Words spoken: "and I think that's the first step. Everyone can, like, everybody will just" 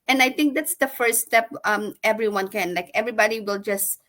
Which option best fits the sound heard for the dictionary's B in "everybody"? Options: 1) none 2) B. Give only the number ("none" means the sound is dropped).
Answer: 2